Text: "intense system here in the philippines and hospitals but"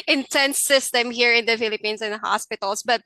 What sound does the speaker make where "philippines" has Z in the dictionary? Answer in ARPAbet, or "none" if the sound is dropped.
S